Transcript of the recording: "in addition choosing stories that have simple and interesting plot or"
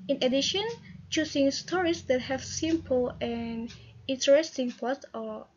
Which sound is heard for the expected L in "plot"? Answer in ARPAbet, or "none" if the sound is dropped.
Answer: none